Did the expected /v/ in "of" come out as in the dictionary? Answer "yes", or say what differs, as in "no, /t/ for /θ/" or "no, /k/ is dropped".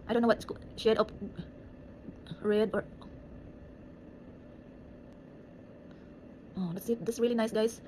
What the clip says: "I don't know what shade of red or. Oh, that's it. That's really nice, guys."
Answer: no, /p/ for /v/